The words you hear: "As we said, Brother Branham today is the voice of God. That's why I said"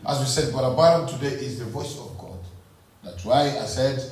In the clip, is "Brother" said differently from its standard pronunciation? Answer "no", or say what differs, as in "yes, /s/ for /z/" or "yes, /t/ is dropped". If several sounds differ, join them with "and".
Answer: yes, /ɹ/ is dropped